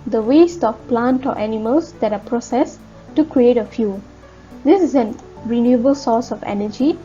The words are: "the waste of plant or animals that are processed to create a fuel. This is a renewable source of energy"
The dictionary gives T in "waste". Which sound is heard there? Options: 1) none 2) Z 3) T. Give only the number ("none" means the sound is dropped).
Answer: 3